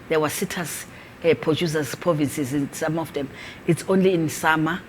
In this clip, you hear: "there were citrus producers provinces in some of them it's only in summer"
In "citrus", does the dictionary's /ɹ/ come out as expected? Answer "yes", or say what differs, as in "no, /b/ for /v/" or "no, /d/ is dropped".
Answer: no, /ɹ/ is dropped